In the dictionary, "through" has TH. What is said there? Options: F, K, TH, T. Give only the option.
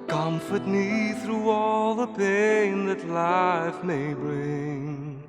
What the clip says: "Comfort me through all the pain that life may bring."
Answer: TH